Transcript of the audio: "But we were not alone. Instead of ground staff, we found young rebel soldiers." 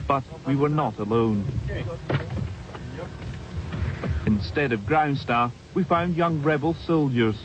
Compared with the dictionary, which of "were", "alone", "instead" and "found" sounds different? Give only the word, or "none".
none